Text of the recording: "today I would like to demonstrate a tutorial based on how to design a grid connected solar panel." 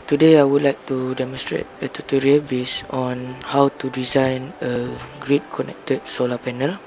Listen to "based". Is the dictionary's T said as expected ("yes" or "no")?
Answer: no